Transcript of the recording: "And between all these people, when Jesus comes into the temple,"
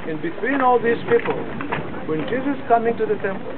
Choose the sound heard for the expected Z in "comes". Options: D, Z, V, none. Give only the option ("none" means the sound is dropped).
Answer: none